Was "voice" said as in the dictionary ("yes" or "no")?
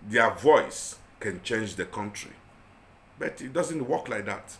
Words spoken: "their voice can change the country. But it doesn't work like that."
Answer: yes